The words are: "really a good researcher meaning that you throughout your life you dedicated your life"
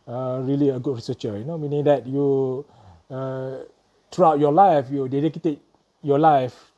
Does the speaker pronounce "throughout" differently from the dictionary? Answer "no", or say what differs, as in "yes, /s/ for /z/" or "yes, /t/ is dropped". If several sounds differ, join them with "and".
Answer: yes, /t/ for /θ/